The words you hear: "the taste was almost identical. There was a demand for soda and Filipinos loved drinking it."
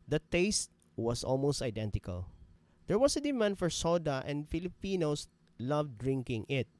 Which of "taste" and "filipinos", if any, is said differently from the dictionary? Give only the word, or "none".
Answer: filipinos